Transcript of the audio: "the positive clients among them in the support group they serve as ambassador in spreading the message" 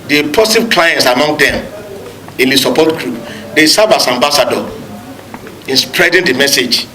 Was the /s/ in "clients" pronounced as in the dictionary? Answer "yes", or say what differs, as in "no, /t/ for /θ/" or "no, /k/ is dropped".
yes